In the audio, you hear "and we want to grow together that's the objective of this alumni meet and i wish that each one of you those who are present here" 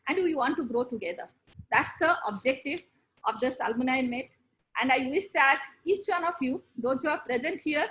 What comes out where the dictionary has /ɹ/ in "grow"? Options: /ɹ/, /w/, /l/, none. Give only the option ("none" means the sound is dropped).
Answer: /ɹ/